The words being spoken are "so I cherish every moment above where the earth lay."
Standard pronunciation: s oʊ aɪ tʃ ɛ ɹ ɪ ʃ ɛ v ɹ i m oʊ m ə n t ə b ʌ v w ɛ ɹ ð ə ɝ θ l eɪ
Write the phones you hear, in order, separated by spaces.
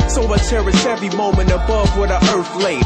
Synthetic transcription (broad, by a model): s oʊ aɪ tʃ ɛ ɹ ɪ s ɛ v i m oʊ m ə n t ə b ʌ v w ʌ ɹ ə ɝ θ l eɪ